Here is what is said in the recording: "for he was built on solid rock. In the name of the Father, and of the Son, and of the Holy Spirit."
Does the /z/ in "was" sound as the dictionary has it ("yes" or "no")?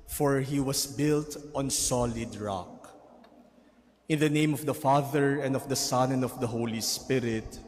no